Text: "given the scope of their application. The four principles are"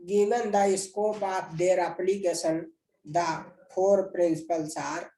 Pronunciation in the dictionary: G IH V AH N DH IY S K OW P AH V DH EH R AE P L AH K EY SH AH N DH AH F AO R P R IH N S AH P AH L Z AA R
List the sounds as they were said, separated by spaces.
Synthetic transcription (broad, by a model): G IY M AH N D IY S K OW P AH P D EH R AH P L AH K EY S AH N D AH P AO R P R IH N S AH P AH L S AA R